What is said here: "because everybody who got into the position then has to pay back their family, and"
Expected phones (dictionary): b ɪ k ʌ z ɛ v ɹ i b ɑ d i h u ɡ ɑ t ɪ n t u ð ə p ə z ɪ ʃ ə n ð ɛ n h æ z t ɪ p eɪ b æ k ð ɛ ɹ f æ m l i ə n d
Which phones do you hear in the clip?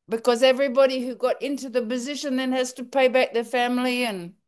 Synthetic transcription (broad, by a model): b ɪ k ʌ z ɛ v ɹ i b ɑ d i h u ɡ ɑ t ɪ n t u ð ə p ə z ɪ ʃ ə n ð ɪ n h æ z t ɪ p eɪ b æ k ð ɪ f æ m l i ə n